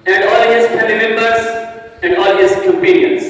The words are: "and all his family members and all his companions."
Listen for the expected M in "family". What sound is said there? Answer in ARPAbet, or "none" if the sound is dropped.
none